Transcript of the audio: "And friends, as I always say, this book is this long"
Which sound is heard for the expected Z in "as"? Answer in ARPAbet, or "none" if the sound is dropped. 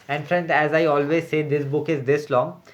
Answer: Z